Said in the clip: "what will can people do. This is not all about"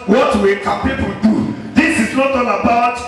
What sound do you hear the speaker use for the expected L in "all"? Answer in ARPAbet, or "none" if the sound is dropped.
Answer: N